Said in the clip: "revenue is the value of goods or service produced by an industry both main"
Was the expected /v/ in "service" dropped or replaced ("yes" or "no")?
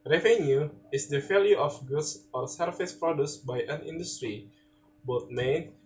yes